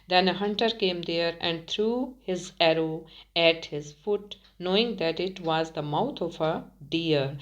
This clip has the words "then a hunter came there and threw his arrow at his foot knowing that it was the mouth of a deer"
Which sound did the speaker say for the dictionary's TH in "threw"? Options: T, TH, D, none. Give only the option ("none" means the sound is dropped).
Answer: T